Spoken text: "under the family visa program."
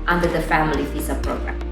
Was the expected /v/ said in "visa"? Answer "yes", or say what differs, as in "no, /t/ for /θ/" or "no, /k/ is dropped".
no, /p/ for /v/